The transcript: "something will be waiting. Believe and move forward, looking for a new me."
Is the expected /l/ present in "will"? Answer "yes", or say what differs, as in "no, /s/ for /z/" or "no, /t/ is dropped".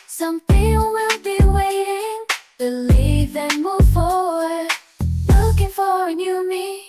yes